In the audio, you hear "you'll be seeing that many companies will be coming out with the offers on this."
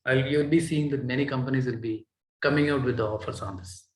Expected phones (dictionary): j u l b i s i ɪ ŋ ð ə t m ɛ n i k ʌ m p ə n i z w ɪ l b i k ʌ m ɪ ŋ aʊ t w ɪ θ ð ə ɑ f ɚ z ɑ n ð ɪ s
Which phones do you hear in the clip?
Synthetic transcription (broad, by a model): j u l b i s i ɪ ŋ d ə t m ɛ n i k ʌ m p ə n i z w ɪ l b i k ʌ m ɪ ŋ aʊ t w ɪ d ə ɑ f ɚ s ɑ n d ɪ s